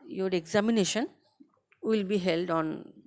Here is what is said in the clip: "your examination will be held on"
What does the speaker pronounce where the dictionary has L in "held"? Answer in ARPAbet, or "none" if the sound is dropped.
L